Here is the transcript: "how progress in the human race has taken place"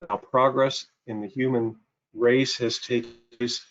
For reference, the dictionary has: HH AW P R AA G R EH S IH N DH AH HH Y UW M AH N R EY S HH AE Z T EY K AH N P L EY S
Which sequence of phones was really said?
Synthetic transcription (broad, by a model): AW P R AA G R EH S IH N DH AH HH Y UW M AH N R EY S HH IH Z T EY AH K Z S